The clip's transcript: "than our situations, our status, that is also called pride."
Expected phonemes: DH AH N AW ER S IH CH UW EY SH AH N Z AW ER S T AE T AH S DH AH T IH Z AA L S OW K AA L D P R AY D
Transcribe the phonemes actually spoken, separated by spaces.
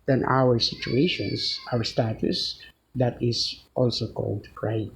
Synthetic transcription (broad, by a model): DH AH N AW ER S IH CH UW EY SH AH N S AW ER S T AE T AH S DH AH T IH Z AA L S OW K AA L D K R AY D